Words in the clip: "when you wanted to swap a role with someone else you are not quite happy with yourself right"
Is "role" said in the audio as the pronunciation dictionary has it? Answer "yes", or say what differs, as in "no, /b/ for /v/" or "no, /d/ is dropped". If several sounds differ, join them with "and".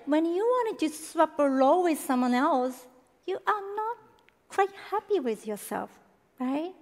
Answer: no, /l/ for /ɹ/